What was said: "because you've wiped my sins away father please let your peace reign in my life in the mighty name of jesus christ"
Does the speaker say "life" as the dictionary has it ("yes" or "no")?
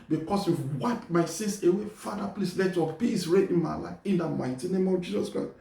no